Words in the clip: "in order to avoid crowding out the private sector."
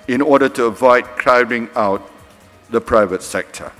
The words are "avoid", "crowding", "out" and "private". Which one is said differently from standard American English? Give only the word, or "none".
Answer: none